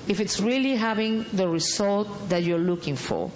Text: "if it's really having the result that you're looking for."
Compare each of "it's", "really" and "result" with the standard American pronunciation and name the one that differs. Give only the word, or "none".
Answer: result